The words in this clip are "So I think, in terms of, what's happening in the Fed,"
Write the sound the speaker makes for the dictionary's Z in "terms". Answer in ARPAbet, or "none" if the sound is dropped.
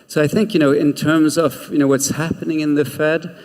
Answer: Z